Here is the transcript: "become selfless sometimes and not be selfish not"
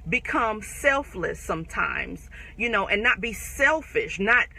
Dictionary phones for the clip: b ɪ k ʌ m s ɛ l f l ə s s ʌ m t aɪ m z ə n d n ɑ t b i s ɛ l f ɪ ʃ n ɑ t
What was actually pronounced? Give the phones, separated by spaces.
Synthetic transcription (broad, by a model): b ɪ k ʌ m s ɛ l f l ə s s ʌ m t aɪ m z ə n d n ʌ t b i s ɛ l f ɪ ʃ n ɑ t